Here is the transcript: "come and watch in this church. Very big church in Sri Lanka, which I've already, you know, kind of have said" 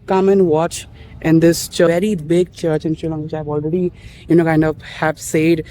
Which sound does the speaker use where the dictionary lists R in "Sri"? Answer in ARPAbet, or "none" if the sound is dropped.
none